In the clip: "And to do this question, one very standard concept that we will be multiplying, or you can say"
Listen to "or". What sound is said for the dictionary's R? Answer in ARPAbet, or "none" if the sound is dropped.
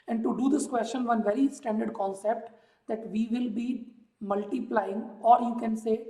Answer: R